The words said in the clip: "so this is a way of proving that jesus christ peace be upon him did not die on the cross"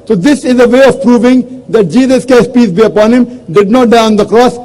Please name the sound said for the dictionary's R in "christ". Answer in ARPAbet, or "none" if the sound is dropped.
none